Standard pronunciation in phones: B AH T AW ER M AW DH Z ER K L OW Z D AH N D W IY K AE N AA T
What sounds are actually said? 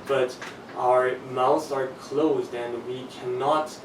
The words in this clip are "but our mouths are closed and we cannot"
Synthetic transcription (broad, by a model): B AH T AW ER M AW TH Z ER K L OW Z D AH N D W IY K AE N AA T